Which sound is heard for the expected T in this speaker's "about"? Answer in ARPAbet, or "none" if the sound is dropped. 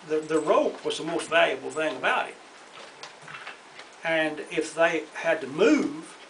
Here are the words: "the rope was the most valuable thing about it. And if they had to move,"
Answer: none